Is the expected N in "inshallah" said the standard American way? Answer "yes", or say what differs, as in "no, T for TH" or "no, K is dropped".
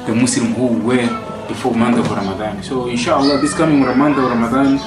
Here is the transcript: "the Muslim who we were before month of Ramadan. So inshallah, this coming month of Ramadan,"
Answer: yes